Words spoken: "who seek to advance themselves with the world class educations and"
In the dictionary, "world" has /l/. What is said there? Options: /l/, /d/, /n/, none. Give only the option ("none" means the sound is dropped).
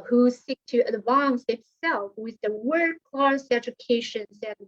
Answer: none